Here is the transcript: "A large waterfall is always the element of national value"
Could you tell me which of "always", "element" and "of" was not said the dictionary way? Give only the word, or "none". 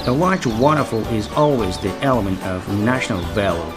none